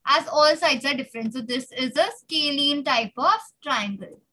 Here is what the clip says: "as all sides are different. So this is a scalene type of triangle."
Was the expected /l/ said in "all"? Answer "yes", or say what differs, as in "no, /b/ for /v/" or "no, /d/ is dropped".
yes